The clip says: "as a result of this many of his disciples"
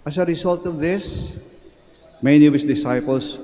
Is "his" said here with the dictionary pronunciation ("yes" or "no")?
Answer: no